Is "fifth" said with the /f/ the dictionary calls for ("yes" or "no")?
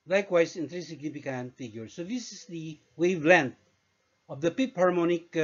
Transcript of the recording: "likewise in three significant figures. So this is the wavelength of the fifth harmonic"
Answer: no